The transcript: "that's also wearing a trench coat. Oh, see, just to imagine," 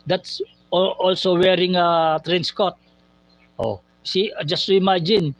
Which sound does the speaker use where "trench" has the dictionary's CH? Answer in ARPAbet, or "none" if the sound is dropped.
S